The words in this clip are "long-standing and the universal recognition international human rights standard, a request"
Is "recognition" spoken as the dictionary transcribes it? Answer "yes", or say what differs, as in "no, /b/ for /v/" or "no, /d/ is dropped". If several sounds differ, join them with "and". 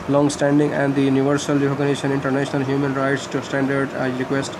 no, /k/ is dropped